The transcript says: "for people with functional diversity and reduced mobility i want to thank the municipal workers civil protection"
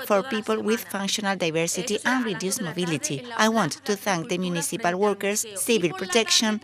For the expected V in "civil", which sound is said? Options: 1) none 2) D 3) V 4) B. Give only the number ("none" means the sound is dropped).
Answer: 4